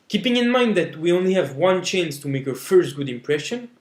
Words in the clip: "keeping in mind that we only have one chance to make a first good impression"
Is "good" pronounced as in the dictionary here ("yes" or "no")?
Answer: yes